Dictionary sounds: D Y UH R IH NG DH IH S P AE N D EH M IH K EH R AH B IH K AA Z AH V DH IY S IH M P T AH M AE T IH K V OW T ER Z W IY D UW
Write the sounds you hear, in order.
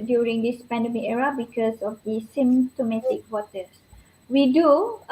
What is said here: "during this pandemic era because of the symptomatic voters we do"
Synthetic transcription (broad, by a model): D Y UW R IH NG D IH S P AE N D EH M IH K EH R AH B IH K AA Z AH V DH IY S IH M T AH M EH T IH K W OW T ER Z W IY D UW